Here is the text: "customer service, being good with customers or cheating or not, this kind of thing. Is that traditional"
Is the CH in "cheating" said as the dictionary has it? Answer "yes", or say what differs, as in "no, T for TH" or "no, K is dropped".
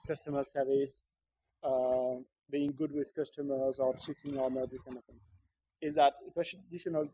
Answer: no, S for CH